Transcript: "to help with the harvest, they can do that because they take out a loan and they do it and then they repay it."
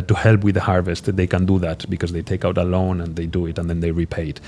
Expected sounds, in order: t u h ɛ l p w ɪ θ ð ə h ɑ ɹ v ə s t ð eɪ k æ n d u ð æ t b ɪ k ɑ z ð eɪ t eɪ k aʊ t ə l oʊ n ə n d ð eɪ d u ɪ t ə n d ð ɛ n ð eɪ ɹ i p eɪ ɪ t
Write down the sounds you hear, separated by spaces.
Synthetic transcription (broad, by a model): t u h ɛ l p w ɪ ð ə h ɑ ɹ v ə s t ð eɪ k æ n d u ð æ t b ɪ k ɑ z ð eɪ t eɪ k aʊ t ə l oʊ n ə n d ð eɪ d u ɪ t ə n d ð ɛ n ð eɪ ɹ i p eɪ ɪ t